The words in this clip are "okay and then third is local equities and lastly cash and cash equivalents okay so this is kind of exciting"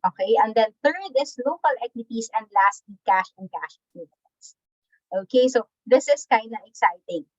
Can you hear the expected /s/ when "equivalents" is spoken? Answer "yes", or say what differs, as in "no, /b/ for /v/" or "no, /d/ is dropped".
no, /s/ is dropped